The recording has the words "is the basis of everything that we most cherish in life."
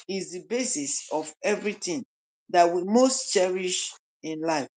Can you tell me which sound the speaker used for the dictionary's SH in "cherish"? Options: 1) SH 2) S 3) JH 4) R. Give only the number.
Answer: 1